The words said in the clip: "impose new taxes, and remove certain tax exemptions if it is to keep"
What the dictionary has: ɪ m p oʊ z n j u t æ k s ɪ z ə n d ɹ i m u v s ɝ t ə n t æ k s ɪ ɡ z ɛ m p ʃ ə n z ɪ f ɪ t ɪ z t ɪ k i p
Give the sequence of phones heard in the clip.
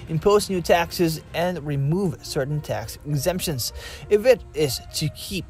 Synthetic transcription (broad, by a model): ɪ m p oʊ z n j u t æ k s ɪ z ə n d ɹ i m u v s ɝ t n t æ k s ɪ ɡ z ɛ m p ʃ ə n z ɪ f ɪ t ɪ z t ɪ k i p